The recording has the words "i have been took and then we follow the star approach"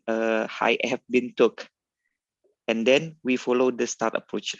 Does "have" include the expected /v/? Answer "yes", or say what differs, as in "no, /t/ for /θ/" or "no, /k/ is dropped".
no, /f/ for /v/